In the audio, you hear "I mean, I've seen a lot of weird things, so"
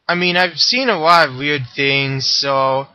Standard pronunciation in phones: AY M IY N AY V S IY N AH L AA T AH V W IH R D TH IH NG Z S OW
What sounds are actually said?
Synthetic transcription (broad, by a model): AY M IY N AY V S IY N AH L AA T AH V W IH R D TH IH NG Z S OW